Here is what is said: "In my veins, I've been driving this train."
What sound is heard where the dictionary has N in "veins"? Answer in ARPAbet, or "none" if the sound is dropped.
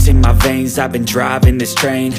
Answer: N